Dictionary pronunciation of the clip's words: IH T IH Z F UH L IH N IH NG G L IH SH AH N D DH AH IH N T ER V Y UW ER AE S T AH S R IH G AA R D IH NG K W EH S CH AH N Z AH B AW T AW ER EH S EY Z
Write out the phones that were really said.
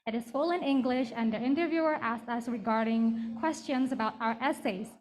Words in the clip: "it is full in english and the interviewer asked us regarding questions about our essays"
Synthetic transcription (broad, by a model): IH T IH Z F UH L IH N IH NG G L IH SH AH N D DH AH IH N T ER V Y UW ER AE S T AH S R IH G AA R D IH NG K W EH S CH AH N Z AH B AW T AW ER EH S EY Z